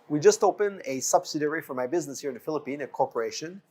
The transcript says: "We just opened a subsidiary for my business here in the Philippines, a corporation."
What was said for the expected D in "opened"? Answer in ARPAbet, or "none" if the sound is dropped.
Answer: none